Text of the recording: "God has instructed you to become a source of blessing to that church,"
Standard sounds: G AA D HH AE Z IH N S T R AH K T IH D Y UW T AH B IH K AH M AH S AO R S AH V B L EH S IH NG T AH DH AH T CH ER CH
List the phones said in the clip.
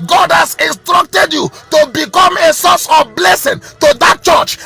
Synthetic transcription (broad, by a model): G AA D HH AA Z IH N S T R AH K T IH D Y UW T AH B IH K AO M AH S AO S AH V B L EH S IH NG T AH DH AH T CH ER CH